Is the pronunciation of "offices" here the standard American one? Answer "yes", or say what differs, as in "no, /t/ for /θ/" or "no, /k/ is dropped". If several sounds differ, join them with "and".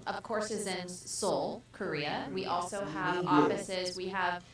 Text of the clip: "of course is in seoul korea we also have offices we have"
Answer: yes